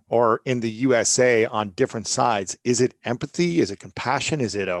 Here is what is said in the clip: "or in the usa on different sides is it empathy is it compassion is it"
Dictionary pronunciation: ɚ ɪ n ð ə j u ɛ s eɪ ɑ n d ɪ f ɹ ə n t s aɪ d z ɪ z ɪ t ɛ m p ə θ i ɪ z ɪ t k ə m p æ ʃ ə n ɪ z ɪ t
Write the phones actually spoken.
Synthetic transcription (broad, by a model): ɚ ɪ n ð ə j u ɛ s eɪ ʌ n d ɪ f ɹ ə n t s aɪ d z ɪ z ɪ t ɛ m p ə θ i ɪ z ɪ t k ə m p æ ʃ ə n ɪ z ɪ t